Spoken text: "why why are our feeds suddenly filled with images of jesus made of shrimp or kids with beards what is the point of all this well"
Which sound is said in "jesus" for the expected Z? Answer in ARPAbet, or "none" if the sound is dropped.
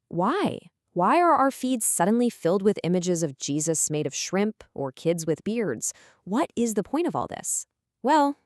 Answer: Z